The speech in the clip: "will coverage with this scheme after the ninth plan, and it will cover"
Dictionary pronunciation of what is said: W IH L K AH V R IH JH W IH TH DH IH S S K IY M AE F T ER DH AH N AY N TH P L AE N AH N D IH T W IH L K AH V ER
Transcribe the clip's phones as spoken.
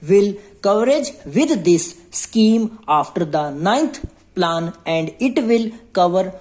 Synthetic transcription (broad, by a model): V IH L K AH V R IH JH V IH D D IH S S K IY M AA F T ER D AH N AY N T P L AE N AH N D IH T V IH L K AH V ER